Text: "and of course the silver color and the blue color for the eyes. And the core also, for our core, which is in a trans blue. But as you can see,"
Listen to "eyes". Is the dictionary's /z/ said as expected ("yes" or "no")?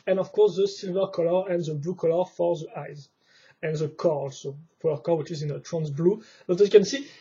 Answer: yes